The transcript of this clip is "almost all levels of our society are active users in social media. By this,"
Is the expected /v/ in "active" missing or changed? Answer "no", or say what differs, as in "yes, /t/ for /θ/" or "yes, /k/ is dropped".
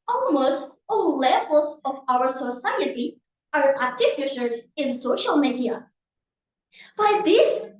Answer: yes, /f/ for /v/